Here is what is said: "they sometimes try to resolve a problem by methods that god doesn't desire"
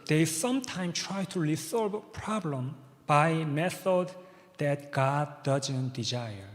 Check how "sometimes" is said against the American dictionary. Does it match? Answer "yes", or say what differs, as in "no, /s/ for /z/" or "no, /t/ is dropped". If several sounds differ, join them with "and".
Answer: no, /z/ is dropped